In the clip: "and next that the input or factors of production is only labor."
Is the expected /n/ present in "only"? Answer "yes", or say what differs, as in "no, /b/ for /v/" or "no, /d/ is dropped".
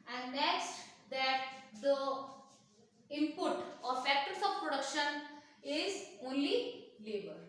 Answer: yes